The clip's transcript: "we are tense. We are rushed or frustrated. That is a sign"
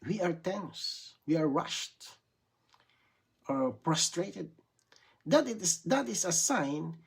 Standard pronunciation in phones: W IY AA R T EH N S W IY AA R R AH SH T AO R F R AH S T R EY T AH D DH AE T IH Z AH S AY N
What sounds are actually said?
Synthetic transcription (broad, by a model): W IY AA R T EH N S W IY AA R R AH SH T AO R P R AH S T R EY T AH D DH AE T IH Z AH S AY N